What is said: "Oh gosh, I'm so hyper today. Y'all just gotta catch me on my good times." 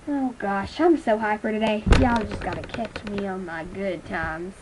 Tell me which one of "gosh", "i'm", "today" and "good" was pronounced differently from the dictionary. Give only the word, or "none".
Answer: none